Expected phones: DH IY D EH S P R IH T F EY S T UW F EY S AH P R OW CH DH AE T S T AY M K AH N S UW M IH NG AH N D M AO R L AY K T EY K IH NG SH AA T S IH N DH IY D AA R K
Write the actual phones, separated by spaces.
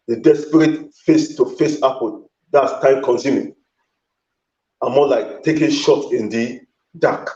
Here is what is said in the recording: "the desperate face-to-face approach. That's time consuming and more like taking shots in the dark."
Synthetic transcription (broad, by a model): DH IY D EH S P R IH T F EY S T UW F EY S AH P OW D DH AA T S T AY M K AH N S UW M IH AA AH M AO L AY K T EY K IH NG SH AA T IH N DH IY D AA K